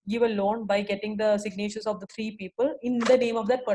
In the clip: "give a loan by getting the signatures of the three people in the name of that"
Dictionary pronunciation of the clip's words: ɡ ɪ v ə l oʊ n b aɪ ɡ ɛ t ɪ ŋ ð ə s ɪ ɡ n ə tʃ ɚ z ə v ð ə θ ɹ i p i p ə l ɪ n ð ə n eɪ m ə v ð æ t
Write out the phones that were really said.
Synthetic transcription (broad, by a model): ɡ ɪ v ə l oʊ n b aɪ ɡ ɛ t ɪ ŋ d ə s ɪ ɡ n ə tʃ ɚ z ə v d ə t ɹ i p i p ə l ɪ n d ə n eɪ m ə v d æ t